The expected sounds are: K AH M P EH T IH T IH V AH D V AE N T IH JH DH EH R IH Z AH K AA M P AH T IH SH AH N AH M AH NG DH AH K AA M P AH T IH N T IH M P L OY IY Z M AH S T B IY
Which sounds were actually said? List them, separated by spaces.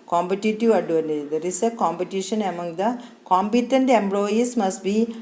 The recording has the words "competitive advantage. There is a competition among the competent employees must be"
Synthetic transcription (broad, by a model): K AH M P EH T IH T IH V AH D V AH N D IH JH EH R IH S AH K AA M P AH T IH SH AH N AH M AH NG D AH K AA M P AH T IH N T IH M B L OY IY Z M AH S T B IY